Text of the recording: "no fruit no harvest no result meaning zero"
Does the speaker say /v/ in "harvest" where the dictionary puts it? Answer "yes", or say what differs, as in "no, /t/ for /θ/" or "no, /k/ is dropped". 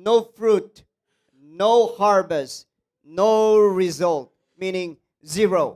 no, /b/ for /v/